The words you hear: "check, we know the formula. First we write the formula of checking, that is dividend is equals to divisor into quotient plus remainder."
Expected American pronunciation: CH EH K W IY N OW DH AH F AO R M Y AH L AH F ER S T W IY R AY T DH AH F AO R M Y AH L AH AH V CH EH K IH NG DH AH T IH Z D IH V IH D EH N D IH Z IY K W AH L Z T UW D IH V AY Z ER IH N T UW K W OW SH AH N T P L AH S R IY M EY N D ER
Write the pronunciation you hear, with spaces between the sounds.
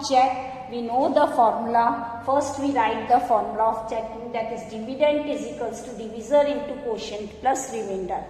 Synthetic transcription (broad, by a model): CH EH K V IY N OW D AH F AO R M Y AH L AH F ER S T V IY R AY T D AH F AO R M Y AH L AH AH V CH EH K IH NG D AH T IH Z D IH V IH D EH N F IH Z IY K AH L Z T UW D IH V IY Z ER IH N T UW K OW SH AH N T P L AH S R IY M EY N D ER